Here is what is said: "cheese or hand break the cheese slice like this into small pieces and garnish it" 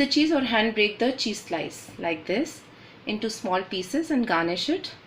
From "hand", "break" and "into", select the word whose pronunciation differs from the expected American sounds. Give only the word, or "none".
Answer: none